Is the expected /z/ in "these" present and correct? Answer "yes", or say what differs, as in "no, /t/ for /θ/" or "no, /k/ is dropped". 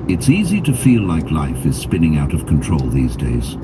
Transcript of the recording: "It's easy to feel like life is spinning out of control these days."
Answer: yes